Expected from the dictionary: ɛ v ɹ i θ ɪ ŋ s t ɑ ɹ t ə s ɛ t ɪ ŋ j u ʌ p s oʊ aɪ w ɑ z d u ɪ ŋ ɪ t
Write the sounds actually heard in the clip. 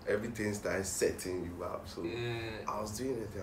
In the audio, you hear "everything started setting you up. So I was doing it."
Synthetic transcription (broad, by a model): ɛ v ɹ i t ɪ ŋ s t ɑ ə s ɛ t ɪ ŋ j u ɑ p s oʊ aɪ w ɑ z d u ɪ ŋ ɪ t